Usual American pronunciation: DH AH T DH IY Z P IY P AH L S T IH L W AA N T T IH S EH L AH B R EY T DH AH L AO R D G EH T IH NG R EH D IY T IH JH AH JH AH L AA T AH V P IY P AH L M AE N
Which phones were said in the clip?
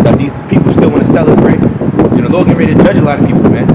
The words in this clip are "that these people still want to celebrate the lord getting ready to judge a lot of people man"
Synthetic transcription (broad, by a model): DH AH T DH IY Z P IY P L S T IH L W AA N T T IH S EH L AH B R EY T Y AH N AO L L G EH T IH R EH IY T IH JH AH JH AH L AA T AH V P IY P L M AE N